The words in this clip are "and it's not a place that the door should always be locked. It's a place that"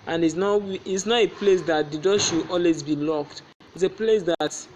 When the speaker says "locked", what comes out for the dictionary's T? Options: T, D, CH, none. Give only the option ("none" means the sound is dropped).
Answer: T